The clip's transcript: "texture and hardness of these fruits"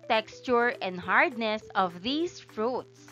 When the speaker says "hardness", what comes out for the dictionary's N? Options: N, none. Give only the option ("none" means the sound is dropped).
N